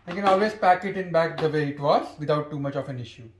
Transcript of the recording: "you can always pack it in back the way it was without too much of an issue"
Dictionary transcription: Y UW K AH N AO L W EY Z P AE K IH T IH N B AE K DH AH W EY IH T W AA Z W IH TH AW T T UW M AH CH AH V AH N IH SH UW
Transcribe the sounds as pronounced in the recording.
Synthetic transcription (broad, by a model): K AH N AO L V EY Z P AE K IH T IH N B AE K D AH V EY IH T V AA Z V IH T AW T T UW M AH CH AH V AH N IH SH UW